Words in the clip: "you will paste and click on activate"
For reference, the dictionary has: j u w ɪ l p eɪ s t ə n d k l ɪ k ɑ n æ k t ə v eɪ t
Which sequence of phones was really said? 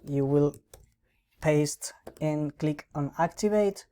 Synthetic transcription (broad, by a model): j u w ɪ l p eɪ s t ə n k l ɪ k ɑ n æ k t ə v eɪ t